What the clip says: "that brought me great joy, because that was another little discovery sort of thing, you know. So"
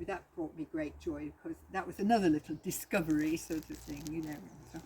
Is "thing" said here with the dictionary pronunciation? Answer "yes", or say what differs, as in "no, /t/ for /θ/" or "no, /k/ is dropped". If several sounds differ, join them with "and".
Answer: yes